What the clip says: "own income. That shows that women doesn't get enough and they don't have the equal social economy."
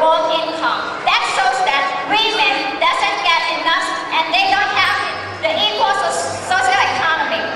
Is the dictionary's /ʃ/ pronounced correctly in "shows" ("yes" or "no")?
no